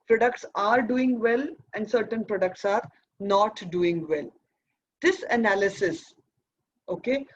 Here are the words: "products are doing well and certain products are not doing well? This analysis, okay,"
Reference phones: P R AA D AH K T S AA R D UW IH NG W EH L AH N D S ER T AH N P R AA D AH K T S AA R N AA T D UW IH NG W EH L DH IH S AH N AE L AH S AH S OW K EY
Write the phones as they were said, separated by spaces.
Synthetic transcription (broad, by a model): P R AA D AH K T S AA R D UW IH NG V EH L AH N D S ER T AH N P R AA D AH K T S AA R N AA T D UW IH NG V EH L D IH S AH N AE L AH S AH S OW K EY